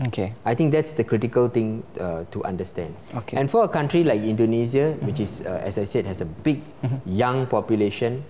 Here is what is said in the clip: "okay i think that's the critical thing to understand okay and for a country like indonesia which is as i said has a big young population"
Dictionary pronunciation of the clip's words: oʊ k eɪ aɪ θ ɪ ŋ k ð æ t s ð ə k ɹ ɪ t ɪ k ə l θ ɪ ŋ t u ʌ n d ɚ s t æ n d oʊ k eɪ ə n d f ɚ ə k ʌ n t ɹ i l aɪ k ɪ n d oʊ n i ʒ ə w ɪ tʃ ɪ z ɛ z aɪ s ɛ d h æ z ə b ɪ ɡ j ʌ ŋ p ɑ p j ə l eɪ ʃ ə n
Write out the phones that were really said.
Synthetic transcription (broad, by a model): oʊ k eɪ aɪ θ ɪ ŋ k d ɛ t s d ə k ɹ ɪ t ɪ k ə l t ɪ ŋ t u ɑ n d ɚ s t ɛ n d oʊ k eɪ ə n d f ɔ ə k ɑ n t ɹ i l aɪ k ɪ n d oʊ n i z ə w ɪ tʃ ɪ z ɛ s aɪ s ɛ d h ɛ s ə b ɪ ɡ j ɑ ŋ p ɑ p j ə l eɪ ʃ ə n